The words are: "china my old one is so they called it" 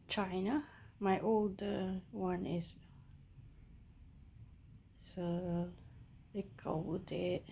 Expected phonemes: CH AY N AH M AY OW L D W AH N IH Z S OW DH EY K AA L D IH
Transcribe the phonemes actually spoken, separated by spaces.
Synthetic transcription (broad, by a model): CH AY N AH M AY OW L D W AH N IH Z S OW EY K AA W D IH